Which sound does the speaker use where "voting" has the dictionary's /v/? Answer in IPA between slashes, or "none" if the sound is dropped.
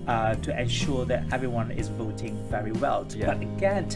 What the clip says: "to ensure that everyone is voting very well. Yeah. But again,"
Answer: /v/